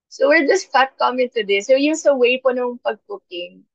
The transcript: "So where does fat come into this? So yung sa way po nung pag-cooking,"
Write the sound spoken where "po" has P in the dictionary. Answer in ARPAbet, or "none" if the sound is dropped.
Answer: P